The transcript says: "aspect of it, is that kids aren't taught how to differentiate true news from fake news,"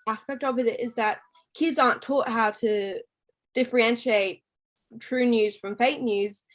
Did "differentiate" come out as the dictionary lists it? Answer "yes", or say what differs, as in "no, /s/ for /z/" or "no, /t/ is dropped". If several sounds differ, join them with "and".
yes